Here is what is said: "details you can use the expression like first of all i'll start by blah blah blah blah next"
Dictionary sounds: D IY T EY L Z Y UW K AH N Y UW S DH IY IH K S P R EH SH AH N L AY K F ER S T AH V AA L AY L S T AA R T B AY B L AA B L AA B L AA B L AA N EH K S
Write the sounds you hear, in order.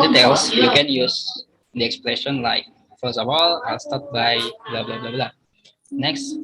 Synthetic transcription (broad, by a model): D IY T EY L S Y UW K AH N Y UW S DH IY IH K S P L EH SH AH N L AY K F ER S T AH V AA L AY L S T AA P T B AY B L AA B L AA B L AA B L AA N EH K S